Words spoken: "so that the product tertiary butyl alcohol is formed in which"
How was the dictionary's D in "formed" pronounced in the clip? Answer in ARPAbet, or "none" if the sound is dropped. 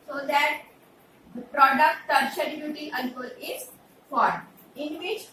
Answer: none